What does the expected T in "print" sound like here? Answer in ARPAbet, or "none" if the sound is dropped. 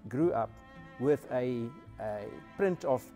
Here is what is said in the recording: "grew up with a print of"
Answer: T